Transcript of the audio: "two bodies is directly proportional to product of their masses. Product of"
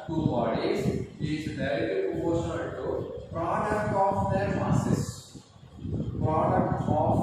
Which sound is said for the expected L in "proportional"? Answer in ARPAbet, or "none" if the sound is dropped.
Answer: N